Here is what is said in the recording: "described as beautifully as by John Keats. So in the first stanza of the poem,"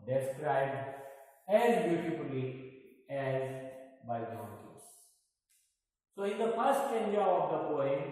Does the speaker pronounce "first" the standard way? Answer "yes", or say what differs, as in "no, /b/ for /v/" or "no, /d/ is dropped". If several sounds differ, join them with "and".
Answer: no, /s/ is dropped